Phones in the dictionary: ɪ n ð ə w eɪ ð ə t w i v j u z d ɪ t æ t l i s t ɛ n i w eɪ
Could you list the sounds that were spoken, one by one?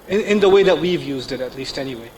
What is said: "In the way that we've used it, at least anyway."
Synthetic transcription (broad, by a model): ɪ n ð ə w eɪ ð ə t w i v j u z d ɪ t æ t l i s t ɛ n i w eɪ